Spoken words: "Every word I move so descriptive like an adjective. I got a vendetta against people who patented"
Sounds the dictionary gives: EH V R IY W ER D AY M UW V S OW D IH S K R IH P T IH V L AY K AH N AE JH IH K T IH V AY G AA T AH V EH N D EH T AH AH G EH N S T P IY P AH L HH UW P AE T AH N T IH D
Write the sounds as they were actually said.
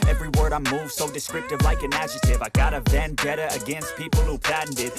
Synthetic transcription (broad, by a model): EH V R IY W ER D AY M UW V S OW D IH S K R IH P T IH V L AY K AH N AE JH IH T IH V AY G AA T AH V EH N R EH T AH AH G EH N S T P IY P L HH UW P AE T N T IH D